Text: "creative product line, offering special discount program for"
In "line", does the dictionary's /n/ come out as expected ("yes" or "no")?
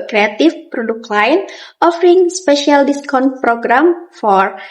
yes